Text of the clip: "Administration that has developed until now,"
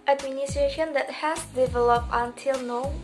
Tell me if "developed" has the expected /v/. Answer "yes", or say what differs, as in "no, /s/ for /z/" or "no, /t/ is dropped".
yes